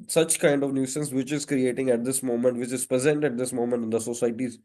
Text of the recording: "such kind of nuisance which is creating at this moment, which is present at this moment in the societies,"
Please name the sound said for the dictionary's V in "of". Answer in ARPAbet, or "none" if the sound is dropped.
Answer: V